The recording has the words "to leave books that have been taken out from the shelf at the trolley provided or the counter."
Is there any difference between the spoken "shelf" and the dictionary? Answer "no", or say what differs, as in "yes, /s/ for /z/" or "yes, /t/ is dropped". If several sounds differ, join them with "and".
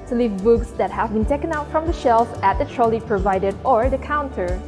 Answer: no